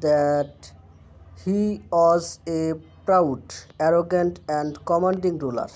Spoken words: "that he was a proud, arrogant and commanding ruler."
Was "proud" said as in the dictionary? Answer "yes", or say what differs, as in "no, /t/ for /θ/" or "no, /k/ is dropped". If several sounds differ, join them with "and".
yes